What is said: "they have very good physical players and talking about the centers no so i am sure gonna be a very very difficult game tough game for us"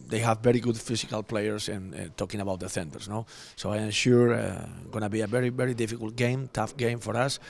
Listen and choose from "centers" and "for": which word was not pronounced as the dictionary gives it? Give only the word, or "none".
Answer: centers